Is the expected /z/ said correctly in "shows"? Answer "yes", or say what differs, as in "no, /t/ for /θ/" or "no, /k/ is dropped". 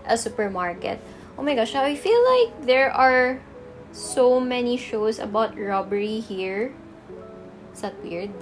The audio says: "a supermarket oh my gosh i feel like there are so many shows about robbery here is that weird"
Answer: no, /s/ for /z/